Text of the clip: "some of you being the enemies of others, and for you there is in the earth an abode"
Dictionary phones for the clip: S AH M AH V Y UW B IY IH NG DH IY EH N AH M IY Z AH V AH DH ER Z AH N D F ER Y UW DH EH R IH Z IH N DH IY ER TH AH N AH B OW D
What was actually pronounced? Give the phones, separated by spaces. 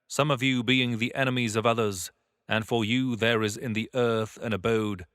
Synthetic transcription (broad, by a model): S AH M AH V Y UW B IY IH NG DH IY EH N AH M IY Z AH V AH DH ER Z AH N F ER Y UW DH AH R IH Z IH N DH IY ER TH AH N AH B OW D